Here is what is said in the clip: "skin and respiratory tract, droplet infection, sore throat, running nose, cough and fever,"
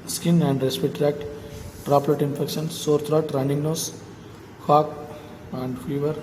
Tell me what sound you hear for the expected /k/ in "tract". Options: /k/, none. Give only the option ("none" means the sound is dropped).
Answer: /k/